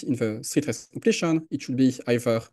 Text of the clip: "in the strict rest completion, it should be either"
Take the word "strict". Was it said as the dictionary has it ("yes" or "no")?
no